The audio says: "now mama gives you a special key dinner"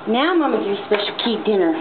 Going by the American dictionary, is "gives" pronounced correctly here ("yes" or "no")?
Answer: no